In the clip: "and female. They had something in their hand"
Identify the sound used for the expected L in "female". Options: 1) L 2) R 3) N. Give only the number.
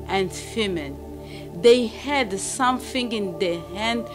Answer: 3